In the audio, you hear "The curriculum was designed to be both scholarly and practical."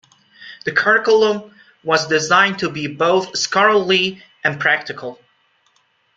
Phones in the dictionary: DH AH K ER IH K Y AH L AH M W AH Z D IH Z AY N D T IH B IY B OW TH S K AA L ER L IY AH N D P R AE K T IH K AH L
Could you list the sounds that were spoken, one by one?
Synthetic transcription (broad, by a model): DH AH K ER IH K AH L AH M W AH Z D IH Z AY N T IH B IY B OW TH S K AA L L IY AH N P R AE K T IH K AH L